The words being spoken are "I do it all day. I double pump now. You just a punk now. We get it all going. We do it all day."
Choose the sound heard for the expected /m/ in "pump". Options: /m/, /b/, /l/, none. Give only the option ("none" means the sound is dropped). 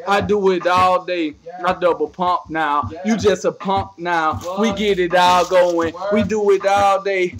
/m/